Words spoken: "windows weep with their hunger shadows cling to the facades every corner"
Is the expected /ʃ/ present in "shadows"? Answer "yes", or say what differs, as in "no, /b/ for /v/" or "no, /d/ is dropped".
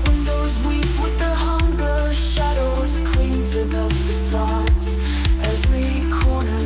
yes